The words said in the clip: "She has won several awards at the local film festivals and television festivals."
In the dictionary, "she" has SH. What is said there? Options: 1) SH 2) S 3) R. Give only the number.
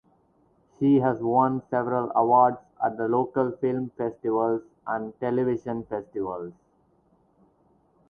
1